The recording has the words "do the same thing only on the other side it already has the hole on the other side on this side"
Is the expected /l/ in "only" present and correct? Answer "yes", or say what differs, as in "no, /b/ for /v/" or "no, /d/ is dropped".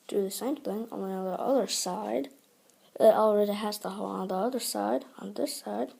no, /l/ is dropped